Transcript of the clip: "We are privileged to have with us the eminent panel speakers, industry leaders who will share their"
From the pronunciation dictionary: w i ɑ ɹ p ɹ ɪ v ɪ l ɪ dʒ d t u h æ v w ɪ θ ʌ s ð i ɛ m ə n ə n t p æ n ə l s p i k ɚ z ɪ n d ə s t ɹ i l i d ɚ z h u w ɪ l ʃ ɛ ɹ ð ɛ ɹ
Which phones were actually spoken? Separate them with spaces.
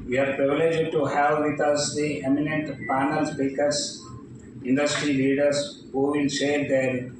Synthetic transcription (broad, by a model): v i ɑ ɹ p ɹ ɪ v ɪ l ɪ dʒ d t u h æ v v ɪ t ʌ s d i ɛ m ə n ə n t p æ n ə l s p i k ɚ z ɪ n d ə s t ɹ i l i d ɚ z h u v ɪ l s ɛ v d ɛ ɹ